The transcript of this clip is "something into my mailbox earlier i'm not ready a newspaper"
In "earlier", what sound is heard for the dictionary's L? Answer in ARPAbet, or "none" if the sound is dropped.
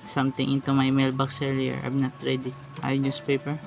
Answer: none